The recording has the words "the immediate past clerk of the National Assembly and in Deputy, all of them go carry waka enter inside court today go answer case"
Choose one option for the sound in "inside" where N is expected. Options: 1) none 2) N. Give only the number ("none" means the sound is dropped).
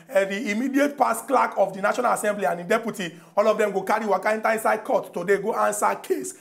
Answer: 2